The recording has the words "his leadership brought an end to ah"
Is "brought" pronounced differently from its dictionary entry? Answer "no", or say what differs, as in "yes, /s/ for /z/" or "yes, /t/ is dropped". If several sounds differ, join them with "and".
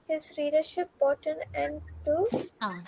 yes, /ɹ/ is dropped